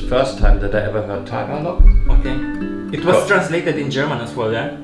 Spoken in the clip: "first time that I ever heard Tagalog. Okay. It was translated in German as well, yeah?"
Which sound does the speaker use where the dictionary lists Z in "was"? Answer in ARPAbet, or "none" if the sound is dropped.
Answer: S